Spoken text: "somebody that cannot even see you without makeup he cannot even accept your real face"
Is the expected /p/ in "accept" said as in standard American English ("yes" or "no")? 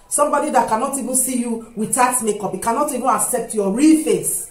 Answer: yes